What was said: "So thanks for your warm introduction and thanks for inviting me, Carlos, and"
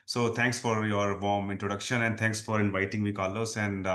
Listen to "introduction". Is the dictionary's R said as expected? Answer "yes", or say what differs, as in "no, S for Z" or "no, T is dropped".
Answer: yes